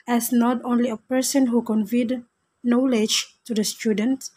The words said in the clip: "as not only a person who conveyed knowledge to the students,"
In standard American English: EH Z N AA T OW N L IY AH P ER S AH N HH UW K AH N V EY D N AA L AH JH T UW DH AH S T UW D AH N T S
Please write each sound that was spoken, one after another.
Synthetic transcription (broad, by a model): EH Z N AA T OW N L IY AH P ER S AH N HH UW K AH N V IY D N AA L AH JH T UW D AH S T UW D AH N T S